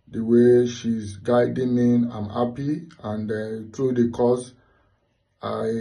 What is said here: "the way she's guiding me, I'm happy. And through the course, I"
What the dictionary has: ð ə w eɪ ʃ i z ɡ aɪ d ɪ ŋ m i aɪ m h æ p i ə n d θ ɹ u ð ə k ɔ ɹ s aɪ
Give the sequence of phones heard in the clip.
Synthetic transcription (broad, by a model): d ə w eɪ ʃ i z ɡ aɪ d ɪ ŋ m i aɪ m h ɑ p i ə n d t ɹ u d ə k ɔ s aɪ